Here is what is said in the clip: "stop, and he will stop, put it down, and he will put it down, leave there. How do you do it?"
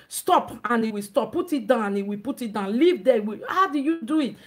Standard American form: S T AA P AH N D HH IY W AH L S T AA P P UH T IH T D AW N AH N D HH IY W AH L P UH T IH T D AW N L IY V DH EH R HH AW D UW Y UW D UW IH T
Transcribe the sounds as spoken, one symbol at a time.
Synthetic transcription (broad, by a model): S T AA P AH N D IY W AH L S T AA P P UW T IH T D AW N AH N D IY W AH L P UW T IH T D AW N L IY V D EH W HH AW D UW Y UW D UW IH T